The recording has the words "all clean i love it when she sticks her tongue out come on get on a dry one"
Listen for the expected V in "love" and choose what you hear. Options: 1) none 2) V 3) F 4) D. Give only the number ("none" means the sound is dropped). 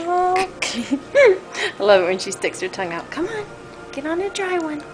1